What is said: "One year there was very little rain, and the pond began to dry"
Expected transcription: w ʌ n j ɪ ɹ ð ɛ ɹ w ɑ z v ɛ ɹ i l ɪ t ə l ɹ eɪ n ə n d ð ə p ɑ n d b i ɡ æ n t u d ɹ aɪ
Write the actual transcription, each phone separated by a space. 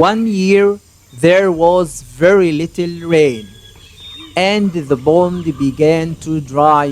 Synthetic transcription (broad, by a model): w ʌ n j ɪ ɹ ð ɛ ɹ w ɑ z v ɛ ɹ i l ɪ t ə l ɹ eɪ n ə n ð ə b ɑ n d b i ɡ æ n t u d ɹ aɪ